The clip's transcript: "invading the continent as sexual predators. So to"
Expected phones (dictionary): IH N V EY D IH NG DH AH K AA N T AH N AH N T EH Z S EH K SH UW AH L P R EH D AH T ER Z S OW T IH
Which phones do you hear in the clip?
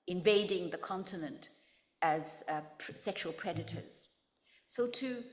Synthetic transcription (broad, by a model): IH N V EY D IH NG DH AH K AA N T AH N AH N T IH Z S EH K SH UW AH L P R EH D AH T ER Z S OW T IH